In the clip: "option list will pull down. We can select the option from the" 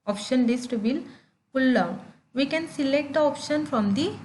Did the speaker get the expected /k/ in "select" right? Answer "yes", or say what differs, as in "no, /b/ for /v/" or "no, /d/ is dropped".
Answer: yes